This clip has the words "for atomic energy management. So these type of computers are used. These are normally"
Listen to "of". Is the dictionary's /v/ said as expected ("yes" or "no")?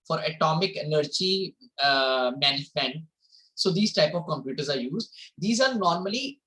yes